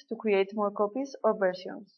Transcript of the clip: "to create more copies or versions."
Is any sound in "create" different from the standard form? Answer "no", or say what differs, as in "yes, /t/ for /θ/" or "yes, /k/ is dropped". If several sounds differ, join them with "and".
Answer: yes, /w/ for /ɹ/